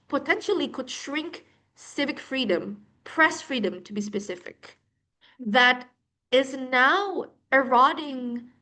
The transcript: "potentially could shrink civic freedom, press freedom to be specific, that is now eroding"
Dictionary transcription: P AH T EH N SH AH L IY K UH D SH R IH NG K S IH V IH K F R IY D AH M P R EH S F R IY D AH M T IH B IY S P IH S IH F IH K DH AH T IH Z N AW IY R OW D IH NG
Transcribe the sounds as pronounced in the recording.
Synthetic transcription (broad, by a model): P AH T EH N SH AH L IY K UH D SH R IH NG K S IH V IH K F R IY D AH M P R EH S F R IY D AH M T IH B IY S P IH S IH F IH K DH AH T IH Z N AW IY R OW D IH NG